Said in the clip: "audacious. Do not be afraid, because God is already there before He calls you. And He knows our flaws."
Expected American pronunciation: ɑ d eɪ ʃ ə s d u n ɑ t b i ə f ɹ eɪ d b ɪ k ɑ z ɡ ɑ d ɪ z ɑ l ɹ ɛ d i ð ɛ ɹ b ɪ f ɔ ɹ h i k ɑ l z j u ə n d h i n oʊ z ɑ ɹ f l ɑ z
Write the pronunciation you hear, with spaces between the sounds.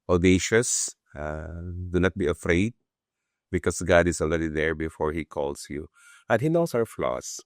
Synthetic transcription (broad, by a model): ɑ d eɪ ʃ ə s d u n ɑ t b i ə f ɹ eɪ d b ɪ k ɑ s ɡ ɑ d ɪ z ɑ l ɹ ɛ d i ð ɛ ɹ b ɪ f ɔ ɹ h i k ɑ l s j u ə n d h i n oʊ s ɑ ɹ f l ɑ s